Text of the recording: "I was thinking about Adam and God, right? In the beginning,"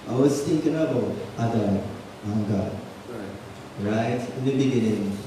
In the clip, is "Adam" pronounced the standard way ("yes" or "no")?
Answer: no